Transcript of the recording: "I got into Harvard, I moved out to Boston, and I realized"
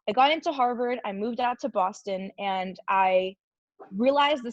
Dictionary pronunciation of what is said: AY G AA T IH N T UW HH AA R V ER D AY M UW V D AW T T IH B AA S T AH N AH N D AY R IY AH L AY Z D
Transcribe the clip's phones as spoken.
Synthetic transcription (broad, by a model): AY G AA T IH N T UW HH AA R V ER D AY M UW V D AW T T IH B AA S T AH N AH N AY R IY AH L AY Z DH